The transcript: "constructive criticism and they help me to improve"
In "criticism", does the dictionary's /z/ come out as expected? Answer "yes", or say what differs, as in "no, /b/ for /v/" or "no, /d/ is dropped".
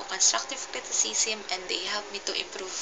no, /s/ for /z/